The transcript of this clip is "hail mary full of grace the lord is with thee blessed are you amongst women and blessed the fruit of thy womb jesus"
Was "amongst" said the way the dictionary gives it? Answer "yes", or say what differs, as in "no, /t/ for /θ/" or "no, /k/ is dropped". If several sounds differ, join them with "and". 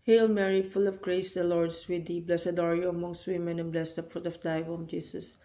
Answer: yes